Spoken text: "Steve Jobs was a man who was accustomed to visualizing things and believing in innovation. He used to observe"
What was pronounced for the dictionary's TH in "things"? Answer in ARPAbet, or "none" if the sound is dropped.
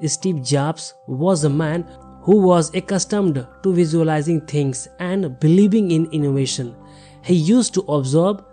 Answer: T